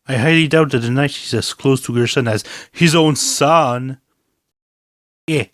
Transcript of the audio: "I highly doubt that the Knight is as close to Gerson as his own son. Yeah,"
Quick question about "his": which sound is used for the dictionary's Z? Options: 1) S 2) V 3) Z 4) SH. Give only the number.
3